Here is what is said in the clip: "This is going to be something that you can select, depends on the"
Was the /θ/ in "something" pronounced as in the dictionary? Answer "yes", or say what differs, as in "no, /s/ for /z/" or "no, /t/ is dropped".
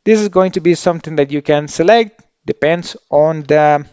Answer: no, /t/ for /θ/